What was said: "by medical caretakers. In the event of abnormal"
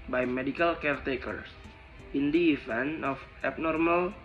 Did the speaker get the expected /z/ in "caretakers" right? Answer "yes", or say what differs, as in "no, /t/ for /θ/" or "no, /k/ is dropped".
no, /s/ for /z/